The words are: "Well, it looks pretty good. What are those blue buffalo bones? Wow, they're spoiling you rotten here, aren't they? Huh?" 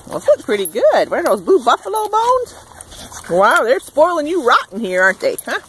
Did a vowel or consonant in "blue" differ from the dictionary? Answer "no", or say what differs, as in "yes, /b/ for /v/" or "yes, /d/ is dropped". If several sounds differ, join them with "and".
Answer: yes, /l/ is dropped